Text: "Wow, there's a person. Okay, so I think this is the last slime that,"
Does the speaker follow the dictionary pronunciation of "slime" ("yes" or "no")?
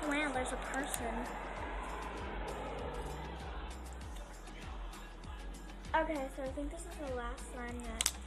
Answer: no